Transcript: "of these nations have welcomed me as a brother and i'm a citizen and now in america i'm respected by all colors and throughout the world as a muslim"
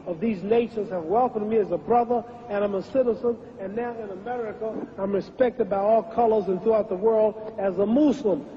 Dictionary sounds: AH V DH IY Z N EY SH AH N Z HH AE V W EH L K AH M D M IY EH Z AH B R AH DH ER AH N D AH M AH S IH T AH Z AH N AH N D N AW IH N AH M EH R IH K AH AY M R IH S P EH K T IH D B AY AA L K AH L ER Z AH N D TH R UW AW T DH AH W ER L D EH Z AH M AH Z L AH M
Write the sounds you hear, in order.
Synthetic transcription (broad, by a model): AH V DH IY Z N EY SH AH N Z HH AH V W EH L K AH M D M IY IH Z AH B R AH DH ER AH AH AH M AH S IH T AH Z AH N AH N N AW IH N AH M EH R IH K AH AY M R IH S P EH K T IH D B AY AA L K AH L ER Z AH N TH R UW AW T DH AH W ER L D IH Z AH M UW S L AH M